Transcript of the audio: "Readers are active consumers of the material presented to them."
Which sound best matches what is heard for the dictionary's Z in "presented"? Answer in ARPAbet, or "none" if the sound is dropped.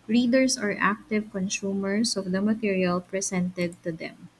S